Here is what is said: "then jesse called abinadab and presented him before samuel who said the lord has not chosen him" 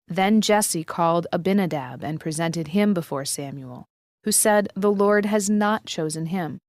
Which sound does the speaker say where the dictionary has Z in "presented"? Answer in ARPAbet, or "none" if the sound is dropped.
Z